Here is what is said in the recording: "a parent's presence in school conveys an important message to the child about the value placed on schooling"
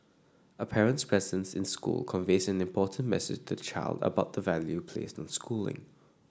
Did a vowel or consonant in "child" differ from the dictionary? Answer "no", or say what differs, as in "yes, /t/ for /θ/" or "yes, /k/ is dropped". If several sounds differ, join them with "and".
no